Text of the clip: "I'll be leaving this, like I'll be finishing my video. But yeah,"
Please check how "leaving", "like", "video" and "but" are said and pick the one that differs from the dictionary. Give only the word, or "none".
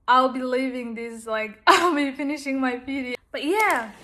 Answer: video